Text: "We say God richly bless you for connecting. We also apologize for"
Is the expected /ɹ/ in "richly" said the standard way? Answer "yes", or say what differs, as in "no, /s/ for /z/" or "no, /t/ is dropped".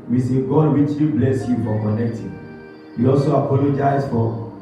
no, /w/ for /ɹ/